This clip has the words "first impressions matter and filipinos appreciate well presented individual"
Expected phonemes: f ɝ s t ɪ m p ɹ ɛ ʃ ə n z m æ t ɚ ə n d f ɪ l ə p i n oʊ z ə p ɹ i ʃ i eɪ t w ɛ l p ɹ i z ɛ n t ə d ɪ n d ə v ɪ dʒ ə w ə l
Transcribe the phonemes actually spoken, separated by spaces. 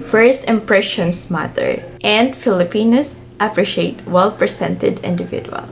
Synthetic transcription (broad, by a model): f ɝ s t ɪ m p ɹ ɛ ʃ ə n s m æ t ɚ ə n d f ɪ l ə p i n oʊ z ə p ɹ i ʃ i eɪ t w ɛ l p ɹ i s ɛ n t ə d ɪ n d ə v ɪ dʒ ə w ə l